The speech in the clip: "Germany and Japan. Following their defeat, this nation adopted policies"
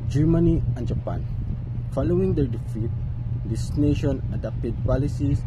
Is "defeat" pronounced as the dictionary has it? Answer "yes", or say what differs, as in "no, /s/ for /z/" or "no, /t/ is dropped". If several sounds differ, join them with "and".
yes